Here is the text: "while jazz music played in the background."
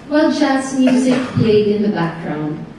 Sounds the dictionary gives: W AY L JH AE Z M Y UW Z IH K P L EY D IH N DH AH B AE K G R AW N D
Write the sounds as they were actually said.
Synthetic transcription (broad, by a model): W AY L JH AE S M Y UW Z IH K P L EY D IH N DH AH B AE K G R AW N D